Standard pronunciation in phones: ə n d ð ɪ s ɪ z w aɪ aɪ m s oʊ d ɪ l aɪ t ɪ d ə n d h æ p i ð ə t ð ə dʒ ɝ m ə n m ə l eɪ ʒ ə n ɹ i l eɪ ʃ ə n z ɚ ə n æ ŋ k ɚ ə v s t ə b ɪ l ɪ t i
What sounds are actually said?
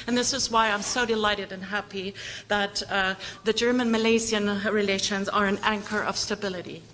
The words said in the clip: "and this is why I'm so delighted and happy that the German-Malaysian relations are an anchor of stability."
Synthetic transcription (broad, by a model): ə n ð ɪ s ɪ z w aɪ aɪ m s oʊ d ɪ l aɪ t ɪ d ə n h æ p i ð ə t ð ə dʒ ɝ m ə n m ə l eɪ z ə n ɹ i l eɪ ʃ ə n z ɚ ə n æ ŋ k ɚ ə v s t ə b ɪ l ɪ t i